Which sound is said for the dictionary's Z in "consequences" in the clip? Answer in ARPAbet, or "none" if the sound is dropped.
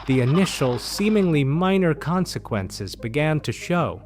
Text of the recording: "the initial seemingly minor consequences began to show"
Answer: Z